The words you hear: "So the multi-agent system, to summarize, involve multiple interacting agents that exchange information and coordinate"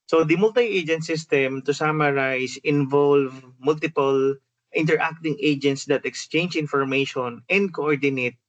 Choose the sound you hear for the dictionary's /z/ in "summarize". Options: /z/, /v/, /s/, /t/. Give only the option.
/s/